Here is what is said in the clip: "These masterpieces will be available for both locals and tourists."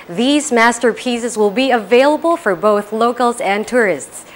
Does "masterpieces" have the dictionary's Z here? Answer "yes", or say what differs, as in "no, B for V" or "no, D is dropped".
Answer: yes